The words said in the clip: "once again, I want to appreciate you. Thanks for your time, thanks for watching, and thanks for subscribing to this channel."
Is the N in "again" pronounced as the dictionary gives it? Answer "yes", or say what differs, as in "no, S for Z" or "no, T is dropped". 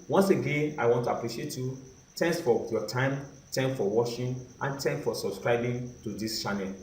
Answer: yes